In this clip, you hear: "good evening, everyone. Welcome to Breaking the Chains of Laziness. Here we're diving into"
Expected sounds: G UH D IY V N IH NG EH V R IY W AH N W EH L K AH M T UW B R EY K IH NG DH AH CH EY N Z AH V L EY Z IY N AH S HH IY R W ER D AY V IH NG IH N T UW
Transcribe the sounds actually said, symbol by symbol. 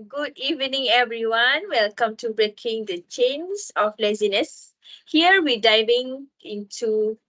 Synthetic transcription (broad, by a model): G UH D IY V N IH NG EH V R IY W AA N W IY L K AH M T UW B R EY K IH NG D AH CH EY N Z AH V L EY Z IY N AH S HH IY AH W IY D AY V IH NG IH N T UW